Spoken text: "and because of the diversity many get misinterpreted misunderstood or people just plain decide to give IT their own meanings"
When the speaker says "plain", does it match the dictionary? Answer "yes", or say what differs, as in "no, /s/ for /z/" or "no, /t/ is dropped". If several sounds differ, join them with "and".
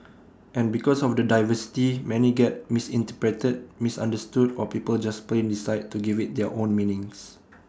yes